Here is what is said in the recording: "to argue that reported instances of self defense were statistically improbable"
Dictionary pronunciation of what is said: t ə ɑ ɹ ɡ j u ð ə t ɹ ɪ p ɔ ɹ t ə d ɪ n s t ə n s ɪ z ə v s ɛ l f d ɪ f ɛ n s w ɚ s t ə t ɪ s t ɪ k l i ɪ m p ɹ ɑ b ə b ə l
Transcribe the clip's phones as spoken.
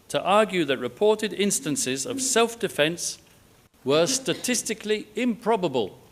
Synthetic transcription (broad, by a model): t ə ɑ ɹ ɡ j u ð ə t ɹ ɪ p ɔ ɹ t ə d ɪ n s t ə n s ɪ z ə v s ɛ l f d ɪ f ɛ n s w ɚ s t ə t ɪ s t ɪ k l i ɪ m p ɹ ɑ b ə b ə l